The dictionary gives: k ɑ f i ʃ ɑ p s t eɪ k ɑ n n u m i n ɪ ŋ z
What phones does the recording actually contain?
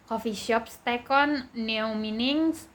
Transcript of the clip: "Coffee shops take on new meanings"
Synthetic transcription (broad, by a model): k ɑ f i ʃ ɑ p s t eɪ k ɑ n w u m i n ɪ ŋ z